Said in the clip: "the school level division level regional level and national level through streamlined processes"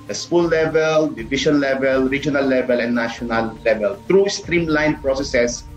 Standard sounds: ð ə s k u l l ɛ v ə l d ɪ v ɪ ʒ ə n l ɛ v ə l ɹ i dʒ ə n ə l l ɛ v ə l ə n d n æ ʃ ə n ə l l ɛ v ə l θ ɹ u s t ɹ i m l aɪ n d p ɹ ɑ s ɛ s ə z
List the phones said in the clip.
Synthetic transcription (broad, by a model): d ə s k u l l ɛ v ə l d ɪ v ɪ ʃ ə n l ɛ v ə l ɹ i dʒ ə n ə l l ɛ v ə l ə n n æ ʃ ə n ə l l ɛ v ə l t ɹ u s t ɹ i m l aɪ n p ɹ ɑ s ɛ s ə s